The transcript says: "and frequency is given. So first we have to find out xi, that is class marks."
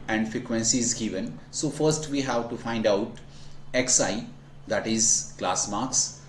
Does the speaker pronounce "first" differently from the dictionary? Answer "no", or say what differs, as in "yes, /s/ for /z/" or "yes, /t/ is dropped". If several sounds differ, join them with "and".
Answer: no